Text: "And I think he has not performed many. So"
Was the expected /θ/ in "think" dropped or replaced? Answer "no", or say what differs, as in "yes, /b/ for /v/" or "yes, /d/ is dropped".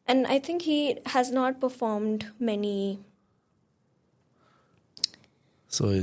yes, /t/ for /θ/